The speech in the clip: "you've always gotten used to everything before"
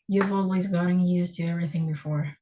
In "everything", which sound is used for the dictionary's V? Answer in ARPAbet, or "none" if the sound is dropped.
V